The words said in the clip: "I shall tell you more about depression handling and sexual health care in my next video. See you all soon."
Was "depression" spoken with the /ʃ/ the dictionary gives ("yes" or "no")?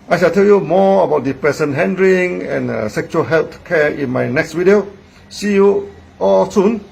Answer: no